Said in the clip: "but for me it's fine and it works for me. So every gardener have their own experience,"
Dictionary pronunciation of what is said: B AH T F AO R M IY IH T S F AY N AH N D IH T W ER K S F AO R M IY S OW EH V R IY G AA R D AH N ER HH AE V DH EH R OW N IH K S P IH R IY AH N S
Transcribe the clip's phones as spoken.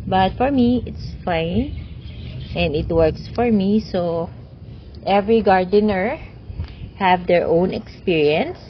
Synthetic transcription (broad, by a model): B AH T F AO R M IY IH T S F AY N AH N D IH T W ER K S F AO R M IY S OW EH V R IY G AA R D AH N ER HH AE V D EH R OW N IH K S P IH R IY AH N S